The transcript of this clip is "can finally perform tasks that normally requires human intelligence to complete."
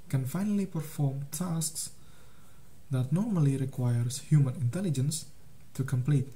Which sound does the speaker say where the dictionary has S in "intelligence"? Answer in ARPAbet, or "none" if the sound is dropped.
S